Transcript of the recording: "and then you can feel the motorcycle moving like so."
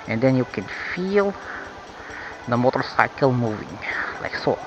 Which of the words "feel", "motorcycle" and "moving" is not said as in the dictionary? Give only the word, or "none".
none